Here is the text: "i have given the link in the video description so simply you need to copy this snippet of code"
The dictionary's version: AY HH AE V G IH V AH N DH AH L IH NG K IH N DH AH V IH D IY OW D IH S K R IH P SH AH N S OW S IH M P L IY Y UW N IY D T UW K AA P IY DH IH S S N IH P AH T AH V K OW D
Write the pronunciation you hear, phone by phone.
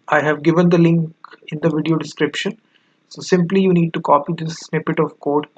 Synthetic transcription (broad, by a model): AY HH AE V G IH V AH N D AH L IH NG K IH N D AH V IH D IY OW D IH S K R IH P SH AH N S OW S IH M P L IY Y UW N IY D T UW K AA P IY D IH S S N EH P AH T AH V K OW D